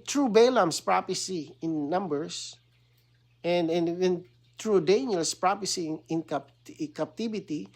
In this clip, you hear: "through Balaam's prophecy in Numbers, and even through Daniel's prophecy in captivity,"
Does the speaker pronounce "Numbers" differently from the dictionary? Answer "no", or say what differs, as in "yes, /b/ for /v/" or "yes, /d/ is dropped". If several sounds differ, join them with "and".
yes, /s/ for /z/